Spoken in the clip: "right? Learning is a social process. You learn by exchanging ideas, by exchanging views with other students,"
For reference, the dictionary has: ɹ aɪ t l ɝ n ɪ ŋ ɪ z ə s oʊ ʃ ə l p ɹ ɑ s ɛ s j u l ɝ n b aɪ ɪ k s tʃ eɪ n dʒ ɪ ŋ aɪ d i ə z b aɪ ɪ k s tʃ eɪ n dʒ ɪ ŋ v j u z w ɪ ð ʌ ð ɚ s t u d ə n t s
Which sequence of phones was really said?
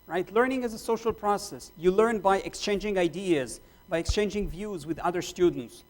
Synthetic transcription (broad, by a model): ɹ aɪ t l ɝ n ɪ ŋ ɪ z ə s oʊ ʃ ə l p ɹ ɑ s ɛ s j u l ɝ n b aɪ ɪ k s tʃ eɪ n dʒ ɪ ŋ aɪ d i ə z b aɪ ɪ k s tʃ eɪ n dʒ ɪ ŋ v j u z w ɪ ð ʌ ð ɚ s t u d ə n t s